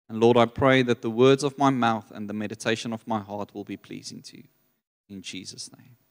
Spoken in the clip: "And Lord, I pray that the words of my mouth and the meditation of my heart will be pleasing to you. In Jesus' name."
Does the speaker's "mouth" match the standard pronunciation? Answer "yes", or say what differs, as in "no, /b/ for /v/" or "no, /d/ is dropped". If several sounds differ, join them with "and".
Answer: yes